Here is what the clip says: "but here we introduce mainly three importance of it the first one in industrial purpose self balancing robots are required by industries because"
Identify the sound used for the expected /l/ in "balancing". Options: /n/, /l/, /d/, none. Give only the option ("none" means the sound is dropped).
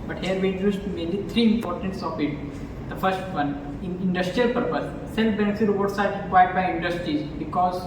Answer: /n/